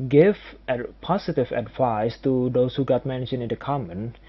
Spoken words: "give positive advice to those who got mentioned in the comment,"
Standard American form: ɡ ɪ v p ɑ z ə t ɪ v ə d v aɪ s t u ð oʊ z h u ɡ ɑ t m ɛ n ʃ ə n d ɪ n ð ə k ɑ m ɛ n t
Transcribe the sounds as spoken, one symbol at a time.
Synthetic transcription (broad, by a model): ɡ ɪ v p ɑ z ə t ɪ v ə d v aɪ s t u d oʊ s h u ɡ ɑ t m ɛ n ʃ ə n ɪ n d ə k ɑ m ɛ n